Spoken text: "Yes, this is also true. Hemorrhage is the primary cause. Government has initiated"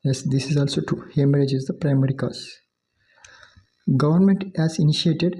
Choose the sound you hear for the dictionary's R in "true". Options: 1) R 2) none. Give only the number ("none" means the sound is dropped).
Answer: 2